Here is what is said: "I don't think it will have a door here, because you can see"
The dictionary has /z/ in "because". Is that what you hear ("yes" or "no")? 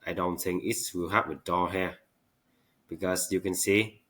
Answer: no